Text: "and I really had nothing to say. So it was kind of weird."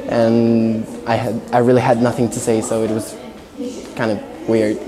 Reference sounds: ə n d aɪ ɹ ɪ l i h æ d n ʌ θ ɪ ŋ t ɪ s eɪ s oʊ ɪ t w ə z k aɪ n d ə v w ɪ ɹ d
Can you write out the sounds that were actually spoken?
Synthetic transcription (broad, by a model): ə n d aɪ ɹ ɪ l i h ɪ d n ʌ θ ɪ ŋ t ɪ s eɪ s oʊ ɪ t w ə z k aɪ n d ə v w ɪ ɹ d